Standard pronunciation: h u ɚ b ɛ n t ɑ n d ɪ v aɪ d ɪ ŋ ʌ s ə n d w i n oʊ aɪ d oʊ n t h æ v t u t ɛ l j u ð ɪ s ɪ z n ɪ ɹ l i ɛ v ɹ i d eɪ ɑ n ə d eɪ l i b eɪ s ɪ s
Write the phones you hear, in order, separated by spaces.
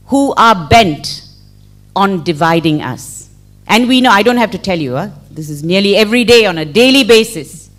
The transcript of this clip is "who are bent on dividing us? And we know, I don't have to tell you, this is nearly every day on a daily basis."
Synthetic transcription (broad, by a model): h u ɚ b ɛ n t ɑ n d ɪ v aɪ d ɪ ŋ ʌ s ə n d w i n oʊ aɪ d oʊ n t h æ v t u t ɛ l j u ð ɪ s ɪ z n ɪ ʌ l i ɛ v ɹ i d eɪ ɑ n ə d eɪ l i b eɪ s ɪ s